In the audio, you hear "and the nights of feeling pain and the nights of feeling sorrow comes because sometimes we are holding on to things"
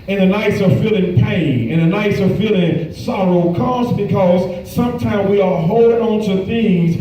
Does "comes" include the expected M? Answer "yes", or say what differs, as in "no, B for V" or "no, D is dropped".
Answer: no, M is dropped